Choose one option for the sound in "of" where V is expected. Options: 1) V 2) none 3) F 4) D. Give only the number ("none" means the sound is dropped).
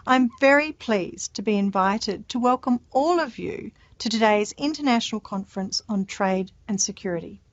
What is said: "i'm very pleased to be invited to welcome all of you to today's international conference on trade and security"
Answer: 1